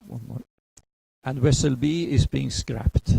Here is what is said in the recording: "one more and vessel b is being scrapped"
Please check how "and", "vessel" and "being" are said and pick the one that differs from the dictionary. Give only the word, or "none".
vessel